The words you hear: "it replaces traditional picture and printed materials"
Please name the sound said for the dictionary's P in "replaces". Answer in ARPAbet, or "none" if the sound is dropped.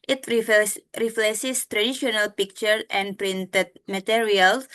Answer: F